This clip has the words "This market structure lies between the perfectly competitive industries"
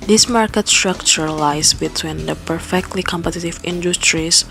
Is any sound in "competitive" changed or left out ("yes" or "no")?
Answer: no